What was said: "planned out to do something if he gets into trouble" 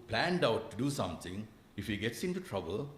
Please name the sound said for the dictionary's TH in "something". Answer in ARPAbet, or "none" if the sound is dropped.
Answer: T